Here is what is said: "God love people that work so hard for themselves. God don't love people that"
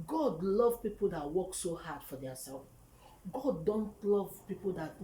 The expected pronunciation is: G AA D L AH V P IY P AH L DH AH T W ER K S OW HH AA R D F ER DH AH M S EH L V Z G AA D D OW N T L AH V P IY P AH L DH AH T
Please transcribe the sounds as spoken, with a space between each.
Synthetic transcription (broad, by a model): G AA D L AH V P IY P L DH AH T W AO K S OW HH AA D F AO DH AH S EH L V G AA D D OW N T L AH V P IY P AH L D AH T